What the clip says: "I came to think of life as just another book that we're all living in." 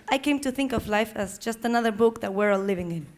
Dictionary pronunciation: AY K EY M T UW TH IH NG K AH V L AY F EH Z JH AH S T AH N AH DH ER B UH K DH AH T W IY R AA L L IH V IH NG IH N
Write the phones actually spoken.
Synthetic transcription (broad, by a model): AY K EY M T UW TH IH NG K AH V L AY F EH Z JH AH S T AH N AH DH ER B UH K DH AH T W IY R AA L L IH V IH NG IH N